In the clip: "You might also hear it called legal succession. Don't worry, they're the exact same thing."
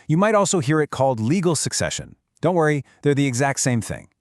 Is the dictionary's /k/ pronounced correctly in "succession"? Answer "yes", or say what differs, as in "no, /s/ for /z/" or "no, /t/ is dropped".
yes